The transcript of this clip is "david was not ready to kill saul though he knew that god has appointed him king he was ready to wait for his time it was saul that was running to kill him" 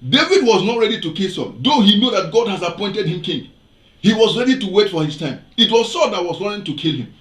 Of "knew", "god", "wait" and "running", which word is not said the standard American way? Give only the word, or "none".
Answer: running